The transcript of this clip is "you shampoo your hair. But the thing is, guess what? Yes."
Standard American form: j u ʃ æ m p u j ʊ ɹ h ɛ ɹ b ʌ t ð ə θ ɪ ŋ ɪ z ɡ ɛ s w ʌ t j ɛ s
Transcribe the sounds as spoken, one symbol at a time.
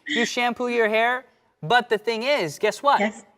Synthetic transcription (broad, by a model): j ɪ ʃ æ m p u j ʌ ɹ h ɛ ɹ b ʌ t ð ə θ ɪ ŋ ɪ z ɡ ɛ s w ʌ t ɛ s